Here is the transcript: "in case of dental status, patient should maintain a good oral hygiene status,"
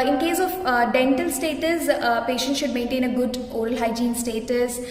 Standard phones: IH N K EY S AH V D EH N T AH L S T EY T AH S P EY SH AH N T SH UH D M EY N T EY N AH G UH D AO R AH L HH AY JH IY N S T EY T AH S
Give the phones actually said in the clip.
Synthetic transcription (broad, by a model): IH N K EY S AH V D EH N T AH L S T EY T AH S P EY SH AH N T SH UH D M EY N T EY N AH G UH D AO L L HH AY JH IY N S T EY T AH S